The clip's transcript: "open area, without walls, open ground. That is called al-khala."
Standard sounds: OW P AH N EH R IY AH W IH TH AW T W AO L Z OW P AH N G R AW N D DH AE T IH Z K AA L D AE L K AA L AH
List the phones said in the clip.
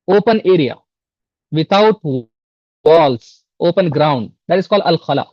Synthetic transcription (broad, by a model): OW P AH N EH R IY AH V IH T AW T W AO L S OW P AH N G R AW N D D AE T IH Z K AA L D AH L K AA L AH